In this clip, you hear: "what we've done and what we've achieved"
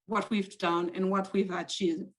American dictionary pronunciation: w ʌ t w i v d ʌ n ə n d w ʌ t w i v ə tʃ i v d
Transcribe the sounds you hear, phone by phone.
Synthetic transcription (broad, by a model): w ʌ t w i v d ʌ n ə n w ʌ t w i v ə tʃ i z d